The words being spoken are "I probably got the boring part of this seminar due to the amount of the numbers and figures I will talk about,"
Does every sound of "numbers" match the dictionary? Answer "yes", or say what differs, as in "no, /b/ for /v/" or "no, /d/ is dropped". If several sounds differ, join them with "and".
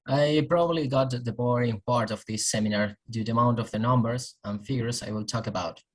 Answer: yes